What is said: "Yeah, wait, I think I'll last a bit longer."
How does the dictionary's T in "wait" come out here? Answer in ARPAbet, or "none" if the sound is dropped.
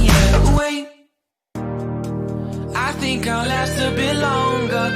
none